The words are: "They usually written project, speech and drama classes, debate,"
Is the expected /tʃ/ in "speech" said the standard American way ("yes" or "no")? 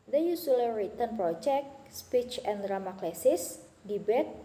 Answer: yes